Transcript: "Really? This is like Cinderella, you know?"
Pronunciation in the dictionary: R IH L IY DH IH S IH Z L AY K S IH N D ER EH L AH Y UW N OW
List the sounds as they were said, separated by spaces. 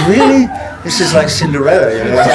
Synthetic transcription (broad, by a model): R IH L IY DH IH S IH Z L AY K S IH N D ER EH AH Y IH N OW